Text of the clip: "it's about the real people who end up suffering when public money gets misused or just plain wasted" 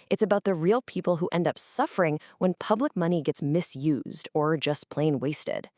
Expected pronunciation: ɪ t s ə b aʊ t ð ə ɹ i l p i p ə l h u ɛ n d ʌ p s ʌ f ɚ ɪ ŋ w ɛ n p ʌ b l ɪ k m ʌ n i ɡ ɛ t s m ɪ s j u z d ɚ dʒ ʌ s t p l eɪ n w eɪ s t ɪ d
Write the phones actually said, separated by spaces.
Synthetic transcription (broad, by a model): ɪ t s ə b aʊ t ð ə ɹ i l p i p l h u ɛ n d ʌ p s ʌ f ɚ ɪ ŋ w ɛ n p ʌ b l ɪ k m ʌ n i ɡ ɛ t s m ɪ s j u z d ɚ dʒ ʌ s p l eɪ n w eɪ s t ɪ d